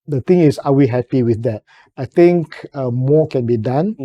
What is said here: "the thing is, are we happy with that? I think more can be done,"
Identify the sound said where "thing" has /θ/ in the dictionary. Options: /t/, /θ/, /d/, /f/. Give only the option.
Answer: /t/